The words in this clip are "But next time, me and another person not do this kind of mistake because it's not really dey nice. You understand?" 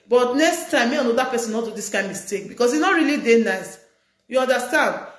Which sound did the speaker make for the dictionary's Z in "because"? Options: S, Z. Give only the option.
S